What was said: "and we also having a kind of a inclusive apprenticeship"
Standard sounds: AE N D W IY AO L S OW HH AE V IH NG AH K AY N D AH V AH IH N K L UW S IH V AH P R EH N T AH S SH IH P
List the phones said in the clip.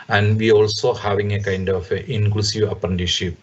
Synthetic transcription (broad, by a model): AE N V IY AO L S OW HH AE V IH NG AH K AY N D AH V AH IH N K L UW S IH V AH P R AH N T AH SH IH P